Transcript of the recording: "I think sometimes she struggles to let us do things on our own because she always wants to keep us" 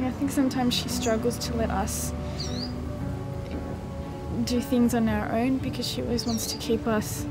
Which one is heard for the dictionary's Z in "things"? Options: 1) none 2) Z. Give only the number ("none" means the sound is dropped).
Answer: 2